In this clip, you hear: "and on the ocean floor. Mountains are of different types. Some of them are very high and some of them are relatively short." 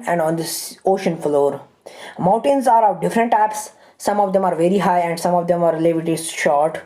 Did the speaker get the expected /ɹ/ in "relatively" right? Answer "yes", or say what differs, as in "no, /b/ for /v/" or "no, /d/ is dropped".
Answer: no, /l/ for /ɹ/